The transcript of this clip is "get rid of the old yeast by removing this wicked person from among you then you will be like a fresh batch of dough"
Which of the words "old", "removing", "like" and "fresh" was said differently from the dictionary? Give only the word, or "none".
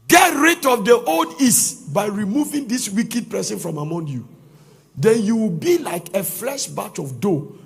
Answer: fresh